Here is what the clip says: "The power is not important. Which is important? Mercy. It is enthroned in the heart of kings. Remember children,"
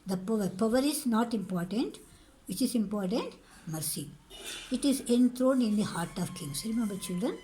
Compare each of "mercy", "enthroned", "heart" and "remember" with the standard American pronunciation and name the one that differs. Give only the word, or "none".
enthroned